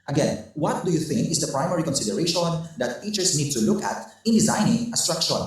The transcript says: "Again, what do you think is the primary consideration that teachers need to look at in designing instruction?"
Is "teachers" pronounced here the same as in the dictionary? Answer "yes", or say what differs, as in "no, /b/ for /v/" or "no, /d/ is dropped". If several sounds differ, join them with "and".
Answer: no, /s/ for /z/